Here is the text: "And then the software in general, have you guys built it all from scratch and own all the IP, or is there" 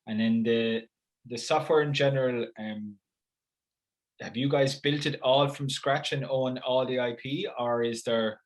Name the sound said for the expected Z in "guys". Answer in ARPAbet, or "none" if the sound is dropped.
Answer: Z